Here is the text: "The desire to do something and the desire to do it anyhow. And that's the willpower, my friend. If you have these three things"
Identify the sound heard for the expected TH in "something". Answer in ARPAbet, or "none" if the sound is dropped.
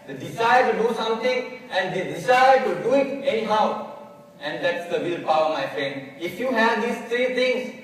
T